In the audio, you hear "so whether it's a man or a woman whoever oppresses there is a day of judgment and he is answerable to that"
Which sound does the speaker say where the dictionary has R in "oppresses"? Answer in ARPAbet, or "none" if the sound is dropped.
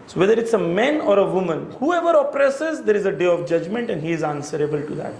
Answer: R